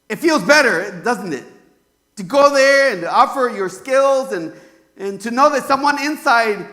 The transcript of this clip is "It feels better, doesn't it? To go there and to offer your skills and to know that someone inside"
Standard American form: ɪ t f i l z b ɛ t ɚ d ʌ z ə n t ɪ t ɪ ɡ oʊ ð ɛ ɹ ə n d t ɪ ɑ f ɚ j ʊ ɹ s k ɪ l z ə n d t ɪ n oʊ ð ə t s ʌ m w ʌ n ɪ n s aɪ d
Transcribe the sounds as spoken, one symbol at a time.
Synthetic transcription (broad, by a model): ɪ t f i l z b ɛ t ɚ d ʌ z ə n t ɪ t ɪ ɡ oʊ ð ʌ ɹ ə n t ɪ ɑ f ɚ j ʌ ɹ s k ɪ l z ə n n t ɪ n oʊ ð ə t s ʌ m w ʌ n ɪ n s aɪ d